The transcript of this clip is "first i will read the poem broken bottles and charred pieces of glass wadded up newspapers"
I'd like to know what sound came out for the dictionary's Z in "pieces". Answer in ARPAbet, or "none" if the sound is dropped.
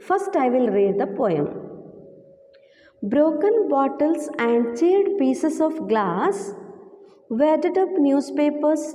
S